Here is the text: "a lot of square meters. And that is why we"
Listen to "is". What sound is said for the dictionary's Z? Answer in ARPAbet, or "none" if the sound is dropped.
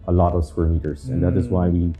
Z